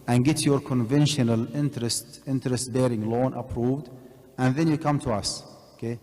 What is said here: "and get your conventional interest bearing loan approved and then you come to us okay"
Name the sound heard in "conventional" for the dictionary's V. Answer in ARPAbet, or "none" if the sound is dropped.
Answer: V